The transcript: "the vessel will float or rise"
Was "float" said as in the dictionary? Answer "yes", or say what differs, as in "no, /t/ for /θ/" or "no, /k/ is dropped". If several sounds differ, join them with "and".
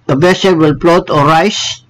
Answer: no, /p/ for /f/